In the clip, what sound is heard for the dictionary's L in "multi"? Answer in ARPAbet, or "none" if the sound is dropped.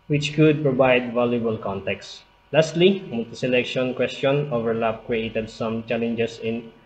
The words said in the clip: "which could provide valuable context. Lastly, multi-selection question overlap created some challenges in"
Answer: none